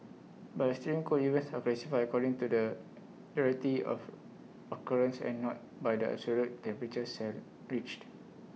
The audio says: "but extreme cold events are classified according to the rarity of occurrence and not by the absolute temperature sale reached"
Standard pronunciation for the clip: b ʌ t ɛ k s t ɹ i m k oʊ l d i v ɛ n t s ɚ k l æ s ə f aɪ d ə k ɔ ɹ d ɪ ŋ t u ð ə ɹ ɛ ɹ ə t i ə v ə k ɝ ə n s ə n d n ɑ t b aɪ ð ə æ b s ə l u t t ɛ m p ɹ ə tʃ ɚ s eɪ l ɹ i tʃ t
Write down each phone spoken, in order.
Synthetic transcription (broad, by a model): b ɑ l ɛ s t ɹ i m k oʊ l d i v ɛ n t s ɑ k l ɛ s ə f aɪ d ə k ɔ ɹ d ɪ ŋ t u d ə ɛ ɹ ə t i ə f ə k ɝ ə n s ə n n ɑ t b aɪ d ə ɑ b s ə l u t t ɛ m p ɹ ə tʃ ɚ s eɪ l ɹ i tʃ t